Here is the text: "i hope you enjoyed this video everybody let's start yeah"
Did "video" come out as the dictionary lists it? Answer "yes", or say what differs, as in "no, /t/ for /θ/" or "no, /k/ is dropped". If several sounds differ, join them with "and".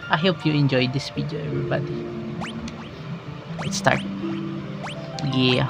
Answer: no, /w/ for /v/